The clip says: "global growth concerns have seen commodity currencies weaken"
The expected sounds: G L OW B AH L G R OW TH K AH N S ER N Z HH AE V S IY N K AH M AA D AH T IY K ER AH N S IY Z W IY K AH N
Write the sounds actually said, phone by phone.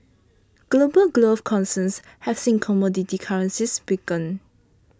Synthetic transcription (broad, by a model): G L OW B AH L G L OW F K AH N S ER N S HH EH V S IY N K AH M AA D AH T IY K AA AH N S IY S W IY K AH N